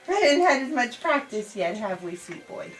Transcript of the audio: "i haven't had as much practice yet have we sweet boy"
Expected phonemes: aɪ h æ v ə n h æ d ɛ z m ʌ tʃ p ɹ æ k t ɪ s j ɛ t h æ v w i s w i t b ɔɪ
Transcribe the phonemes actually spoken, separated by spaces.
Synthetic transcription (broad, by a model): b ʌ ə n h æ d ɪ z m ʌ tʃ p ɹ æ k t ɪ s j ɛ t h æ v w i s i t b ɔɪ